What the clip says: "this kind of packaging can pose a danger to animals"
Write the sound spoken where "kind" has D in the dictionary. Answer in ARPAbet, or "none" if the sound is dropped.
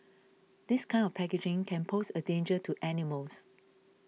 none